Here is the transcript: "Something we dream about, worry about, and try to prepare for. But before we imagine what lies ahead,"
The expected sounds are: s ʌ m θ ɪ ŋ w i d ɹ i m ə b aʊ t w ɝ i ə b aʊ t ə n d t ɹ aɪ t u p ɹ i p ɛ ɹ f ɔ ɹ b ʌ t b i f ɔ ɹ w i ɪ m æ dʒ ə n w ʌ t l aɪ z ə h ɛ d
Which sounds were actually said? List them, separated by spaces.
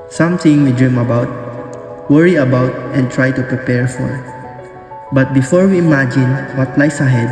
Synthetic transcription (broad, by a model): s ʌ m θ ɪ ŋ w i d ɹ i m ə b aʊ t w ɝ i ə b aʊ t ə n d t ɹ aɪ t u p ɹ i p ɛ ɹ f ɔ ɹ b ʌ t b i f ɔ ɹ w i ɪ m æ dʒ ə n w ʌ t l aɪ s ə h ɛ d